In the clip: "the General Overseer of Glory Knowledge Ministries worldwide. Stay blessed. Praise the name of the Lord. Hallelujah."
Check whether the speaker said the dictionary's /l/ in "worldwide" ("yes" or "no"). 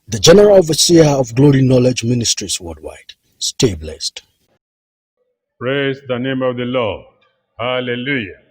no